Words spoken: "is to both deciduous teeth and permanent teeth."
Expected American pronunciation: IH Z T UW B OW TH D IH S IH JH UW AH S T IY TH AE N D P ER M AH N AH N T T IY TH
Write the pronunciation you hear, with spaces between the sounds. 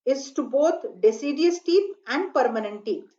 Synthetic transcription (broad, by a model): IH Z T UW B OW T D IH S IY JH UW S T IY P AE N D P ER M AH N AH N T T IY